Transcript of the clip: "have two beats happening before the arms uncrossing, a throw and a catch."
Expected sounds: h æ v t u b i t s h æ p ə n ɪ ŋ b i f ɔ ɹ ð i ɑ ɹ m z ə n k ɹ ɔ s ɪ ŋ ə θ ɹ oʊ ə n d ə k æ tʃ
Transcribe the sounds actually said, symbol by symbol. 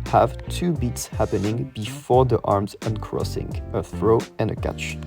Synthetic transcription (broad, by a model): h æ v t u b i t s h æ p ə n ɪ ŋ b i f ɔ ɹ ð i ɑ ɹ m z ə n k ɹ ɔ s ɪ ŋ ə θ ɹ oʊ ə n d ə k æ tʃ